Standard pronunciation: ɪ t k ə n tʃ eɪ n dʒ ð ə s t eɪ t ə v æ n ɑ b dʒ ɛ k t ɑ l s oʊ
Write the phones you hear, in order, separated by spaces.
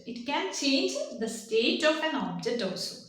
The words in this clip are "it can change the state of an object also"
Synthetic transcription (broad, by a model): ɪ t k ə n tʃ eɪ n dʒ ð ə s t eɪ t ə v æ n ɑ b dʒ ɛ k t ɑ l s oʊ